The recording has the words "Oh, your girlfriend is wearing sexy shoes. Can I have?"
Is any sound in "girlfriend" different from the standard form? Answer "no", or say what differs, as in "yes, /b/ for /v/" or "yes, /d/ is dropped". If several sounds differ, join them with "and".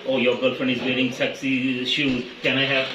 yes, /d/ is dropped